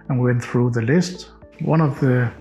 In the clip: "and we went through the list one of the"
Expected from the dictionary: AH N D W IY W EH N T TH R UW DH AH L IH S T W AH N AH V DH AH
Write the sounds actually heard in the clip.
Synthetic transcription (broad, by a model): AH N W IY W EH N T TH R UW DH AH L IH S T W AH N AH V DH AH